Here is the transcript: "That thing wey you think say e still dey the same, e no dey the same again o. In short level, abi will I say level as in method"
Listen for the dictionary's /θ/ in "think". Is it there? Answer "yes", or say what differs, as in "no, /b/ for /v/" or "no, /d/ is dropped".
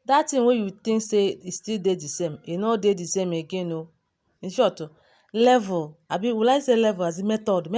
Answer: no, /t/ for /θ/